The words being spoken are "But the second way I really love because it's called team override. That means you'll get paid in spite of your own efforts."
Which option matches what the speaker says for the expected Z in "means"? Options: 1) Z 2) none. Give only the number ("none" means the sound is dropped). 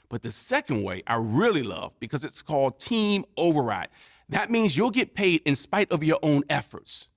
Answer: 1